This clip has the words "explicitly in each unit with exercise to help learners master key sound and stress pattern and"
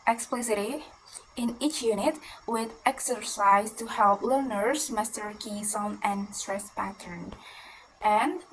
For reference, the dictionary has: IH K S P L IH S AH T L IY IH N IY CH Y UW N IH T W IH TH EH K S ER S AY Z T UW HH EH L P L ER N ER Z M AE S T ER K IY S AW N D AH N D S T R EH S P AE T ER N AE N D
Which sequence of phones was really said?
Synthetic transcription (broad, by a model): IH K S P L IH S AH T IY IH N IY CH Y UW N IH T W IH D EH K S ER S AY Z T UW HH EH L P L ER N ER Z M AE S T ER K IY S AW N AH N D S T R EH S P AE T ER N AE N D